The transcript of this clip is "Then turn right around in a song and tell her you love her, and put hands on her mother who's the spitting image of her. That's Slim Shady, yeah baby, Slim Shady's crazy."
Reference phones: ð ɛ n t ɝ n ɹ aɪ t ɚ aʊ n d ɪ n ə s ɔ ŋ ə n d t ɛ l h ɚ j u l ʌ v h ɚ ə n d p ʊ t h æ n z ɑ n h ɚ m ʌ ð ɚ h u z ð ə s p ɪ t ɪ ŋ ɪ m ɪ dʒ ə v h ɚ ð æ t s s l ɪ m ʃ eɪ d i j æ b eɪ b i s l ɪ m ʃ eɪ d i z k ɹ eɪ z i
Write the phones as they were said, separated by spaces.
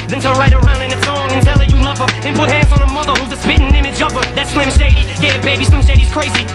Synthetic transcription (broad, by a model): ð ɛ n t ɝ l ɹ aɪ t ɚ aʊ n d ɪ n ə s ɔ ŋ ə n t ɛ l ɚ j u l ʌ v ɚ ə n p ʊ t h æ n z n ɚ m ʌ ð ɚ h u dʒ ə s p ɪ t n ɪ m ɪ dʒ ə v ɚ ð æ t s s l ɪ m ʃ eɪ d i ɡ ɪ b eɪ b i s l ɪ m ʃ eɪ d i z k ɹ eɪ z i